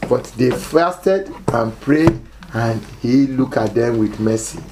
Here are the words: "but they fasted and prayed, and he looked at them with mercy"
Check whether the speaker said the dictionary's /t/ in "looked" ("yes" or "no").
no